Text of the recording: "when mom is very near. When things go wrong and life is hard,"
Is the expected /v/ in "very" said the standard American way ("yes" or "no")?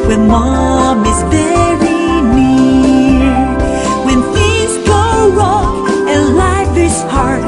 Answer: no